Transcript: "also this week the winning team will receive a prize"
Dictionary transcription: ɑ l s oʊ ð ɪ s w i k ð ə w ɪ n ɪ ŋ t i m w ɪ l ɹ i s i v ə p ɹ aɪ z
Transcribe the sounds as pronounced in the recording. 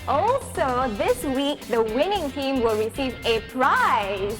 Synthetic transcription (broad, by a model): ɑ l s oʊ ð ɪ s w i k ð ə w ɪ n ɪ ŋ t i m w ɪ l ɹ i s i v ə p ɹ aɪ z